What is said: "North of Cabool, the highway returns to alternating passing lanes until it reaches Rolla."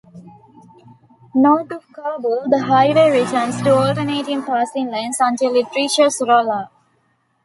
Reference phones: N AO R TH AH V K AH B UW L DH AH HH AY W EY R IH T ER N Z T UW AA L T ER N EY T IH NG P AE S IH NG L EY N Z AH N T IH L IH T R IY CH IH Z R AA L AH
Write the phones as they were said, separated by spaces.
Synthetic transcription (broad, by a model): N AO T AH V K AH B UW L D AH HH AY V EY R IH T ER N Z T UW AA L T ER N EY T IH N P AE S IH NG L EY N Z AH N T IH L IH T R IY SH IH S R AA L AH